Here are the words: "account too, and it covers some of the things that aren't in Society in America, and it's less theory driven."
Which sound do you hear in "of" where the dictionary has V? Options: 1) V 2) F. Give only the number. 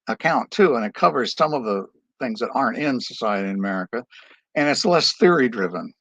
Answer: 1